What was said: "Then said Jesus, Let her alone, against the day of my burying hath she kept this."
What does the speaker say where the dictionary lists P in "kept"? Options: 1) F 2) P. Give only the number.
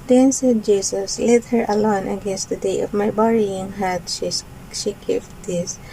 1